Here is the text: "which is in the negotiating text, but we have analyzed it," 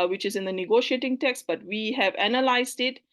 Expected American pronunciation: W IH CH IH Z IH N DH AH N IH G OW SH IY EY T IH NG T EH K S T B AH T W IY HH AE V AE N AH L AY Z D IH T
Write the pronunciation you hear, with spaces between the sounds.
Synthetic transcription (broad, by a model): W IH CH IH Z IH N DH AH N IH G OW SH IY EY T IH NG T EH K S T B AH T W IY HH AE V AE N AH L AY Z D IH T